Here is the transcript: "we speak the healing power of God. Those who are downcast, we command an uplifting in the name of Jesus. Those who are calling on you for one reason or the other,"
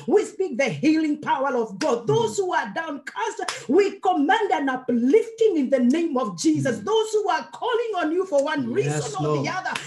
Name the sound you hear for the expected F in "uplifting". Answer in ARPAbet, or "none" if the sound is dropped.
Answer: F